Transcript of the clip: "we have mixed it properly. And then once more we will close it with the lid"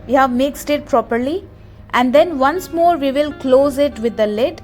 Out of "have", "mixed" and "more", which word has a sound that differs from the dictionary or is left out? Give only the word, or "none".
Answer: none